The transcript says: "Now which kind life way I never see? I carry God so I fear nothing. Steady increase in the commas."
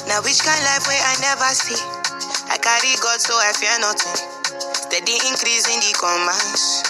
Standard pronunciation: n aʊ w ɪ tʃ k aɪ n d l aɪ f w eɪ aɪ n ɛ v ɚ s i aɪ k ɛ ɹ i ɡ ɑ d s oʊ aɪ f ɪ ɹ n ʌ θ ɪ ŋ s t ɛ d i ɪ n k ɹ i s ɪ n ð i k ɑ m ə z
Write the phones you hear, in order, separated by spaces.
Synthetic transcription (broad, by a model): n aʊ w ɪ tʃ k aɪ n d l aɪ f w eɪ aɪ n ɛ v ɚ s i aɪ k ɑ ɹ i ɡ ɑ d s oʊ aɪ f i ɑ n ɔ t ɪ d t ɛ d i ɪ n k ɹ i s ɪ n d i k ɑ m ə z